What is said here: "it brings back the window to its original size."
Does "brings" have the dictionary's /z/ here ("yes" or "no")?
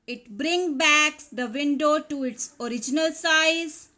no